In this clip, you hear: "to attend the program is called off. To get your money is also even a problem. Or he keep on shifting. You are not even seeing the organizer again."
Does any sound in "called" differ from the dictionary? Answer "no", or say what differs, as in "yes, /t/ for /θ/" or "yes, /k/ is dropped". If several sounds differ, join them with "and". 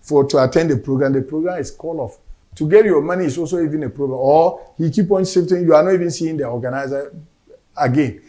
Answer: yes, /d/ is dropped